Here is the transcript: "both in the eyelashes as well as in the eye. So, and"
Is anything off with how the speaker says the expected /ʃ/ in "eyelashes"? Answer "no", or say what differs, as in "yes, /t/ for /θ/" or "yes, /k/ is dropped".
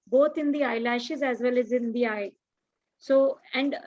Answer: no